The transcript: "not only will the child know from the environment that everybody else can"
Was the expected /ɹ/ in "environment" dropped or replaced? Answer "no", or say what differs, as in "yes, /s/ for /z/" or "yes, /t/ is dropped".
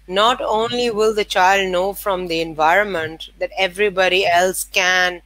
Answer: no